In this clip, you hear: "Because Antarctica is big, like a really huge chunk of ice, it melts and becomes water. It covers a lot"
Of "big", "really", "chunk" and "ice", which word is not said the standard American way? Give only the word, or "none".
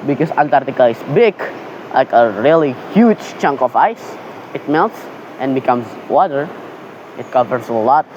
none